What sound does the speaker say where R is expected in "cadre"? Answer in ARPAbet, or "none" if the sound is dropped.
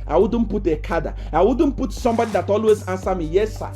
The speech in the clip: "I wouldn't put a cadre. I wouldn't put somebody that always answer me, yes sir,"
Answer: none